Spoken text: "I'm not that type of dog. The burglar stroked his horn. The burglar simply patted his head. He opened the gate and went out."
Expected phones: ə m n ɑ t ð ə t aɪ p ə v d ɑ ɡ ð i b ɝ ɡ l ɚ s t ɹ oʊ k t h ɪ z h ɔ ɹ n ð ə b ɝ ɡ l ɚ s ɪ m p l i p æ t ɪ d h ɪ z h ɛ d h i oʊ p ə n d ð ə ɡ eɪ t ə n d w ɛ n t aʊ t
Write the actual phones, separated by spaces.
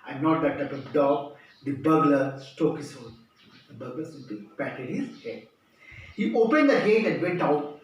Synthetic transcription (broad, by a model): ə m n ɑ t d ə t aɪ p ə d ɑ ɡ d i b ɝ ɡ l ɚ s t oʊ k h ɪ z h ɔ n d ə b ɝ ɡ l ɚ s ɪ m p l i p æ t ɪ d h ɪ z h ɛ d h i oʊ p ə n d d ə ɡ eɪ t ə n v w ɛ n t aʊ t